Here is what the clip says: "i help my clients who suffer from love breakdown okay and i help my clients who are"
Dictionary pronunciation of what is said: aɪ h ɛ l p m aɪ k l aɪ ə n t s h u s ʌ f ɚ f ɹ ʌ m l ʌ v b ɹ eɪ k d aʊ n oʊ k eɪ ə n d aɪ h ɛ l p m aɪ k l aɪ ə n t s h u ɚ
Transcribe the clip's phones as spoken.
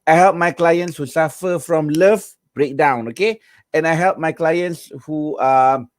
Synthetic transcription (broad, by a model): aɪ h ɛ l p m aɪ k l aɪ ə n t s h u s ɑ f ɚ f ɹ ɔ m l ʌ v b ɹ eɪ k d aʊ n oʊ k eɪ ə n aɪ h ɛ l p m aɪ k l aɪ ə n t s h u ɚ